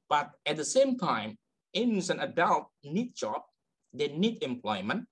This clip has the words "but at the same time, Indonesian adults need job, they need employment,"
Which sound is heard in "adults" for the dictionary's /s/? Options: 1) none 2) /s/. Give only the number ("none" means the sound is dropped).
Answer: 1